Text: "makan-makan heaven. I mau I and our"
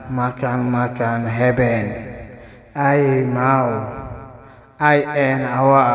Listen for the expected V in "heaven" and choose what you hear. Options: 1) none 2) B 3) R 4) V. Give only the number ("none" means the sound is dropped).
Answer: 2